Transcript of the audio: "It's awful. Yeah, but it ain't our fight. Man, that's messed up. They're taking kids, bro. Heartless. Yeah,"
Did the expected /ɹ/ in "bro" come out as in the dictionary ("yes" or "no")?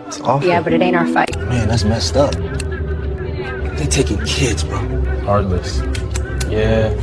no